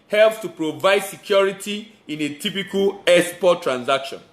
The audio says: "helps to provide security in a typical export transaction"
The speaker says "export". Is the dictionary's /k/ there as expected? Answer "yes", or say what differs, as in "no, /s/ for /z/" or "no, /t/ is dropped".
no, /k/ is dropped